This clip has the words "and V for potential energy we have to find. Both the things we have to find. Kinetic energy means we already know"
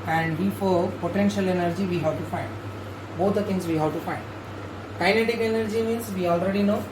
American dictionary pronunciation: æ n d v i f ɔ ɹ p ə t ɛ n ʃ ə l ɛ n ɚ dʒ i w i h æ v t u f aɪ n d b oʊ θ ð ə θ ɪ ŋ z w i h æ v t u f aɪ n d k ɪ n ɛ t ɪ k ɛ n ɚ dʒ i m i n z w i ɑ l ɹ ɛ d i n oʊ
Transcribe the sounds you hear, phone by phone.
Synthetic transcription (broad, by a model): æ n d b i f ɔ ɹ p ə t ɛ n ʃ ə l ɛ n ɚ dʒ i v i h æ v t u f aɪ n d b oʊ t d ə t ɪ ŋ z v i h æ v t u f aɪ n d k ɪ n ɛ t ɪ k ɛ n ɚ dʒ i m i n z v i ɑ l ɹ ɛ d i n oʊ